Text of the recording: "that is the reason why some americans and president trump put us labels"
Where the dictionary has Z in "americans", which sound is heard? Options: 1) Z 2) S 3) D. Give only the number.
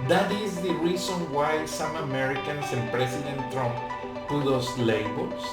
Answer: 2